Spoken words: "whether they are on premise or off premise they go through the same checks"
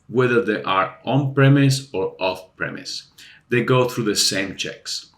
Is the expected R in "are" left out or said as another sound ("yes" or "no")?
no